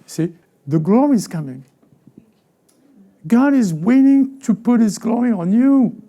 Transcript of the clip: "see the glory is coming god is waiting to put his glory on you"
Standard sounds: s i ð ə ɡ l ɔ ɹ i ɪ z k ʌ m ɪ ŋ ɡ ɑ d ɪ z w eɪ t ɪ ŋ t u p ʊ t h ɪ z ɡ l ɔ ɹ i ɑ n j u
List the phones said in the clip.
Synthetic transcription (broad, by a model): s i ð ə ɡ l ɔ ɹ i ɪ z k ʌ m ɪ ŋ ɡ ɑ d ɪ z w eɪ t ɪ ŋ t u p ʊ t h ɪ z ɡ l ɔ ɹ i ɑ n j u